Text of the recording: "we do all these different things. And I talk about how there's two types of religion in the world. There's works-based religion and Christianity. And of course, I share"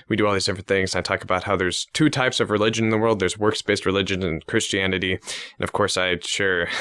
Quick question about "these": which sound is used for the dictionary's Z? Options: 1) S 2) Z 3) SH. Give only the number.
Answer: 2